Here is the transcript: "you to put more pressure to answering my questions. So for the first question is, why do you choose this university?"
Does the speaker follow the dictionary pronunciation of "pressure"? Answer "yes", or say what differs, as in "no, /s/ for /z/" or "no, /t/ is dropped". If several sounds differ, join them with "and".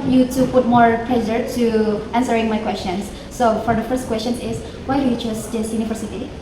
no, /l/ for /ɹ/